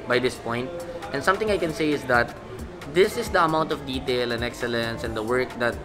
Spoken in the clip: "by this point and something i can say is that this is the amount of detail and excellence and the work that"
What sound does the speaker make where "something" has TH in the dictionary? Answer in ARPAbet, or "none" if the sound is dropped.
T